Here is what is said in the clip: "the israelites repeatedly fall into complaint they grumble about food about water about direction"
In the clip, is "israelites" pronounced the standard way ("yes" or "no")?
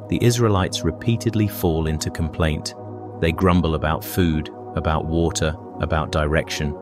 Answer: yes